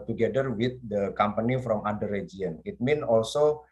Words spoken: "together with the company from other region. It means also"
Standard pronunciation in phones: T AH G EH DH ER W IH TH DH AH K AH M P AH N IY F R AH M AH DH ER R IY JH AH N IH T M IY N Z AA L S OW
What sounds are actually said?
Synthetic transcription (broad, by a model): T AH G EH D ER W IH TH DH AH K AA M P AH N IY F R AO M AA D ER R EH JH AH N IH T M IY N AA L S OW